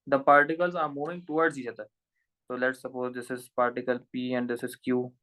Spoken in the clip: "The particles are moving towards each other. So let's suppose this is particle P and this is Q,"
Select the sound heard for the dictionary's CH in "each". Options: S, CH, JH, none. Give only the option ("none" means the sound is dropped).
S